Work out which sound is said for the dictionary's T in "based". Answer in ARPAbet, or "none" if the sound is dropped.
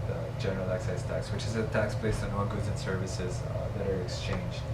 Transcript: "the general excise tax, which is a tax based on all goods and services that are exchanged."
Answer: none